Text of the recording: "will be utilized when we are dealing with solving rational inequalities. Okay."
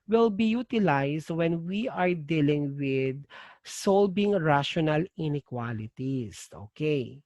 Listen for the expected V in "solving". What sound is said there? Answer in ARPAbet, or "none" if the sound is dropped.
B